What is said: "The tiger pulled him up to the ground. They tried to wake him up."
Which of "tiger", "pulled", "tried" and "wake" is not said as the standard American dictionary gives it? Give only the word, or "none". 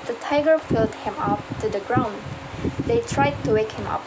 pulled